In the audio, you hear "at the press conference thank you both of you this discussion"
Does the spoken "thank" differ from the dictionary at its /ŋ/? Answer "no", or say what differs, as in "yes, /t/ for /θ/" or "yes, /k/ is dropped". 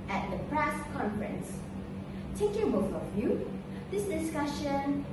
yes, /ŋ/ is dropped